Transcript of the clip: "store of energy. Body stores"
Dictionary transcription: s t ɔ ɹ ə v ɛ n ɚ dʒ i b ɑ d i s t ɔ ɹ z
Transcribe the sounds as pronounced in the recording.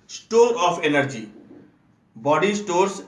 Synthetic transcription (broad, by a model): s t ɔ ɹ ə p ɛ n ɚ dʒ i b ɑ d i s t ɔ ɹ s